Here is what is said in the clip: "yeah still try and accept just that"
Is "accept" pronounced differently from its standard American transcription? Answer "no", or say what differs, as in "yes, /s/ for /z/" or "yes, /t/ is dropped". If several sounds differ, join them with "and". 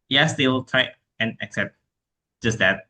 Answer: no